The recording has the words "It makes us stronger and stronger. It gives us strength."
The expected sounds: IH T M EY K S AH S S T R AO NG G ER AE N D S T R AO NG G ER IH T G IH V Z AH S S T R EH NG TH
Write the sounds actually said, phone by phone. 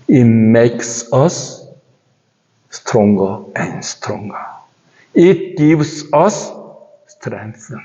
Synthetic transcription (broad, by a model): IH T M EY K S AH S S T R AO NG G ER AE N S T R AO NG G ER IH T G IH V S AH S S T R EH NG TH